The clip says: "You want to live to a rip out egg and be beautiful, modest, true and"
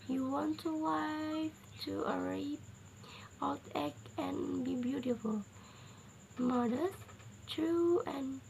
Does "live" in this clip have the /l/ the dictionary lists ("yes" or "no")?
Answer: no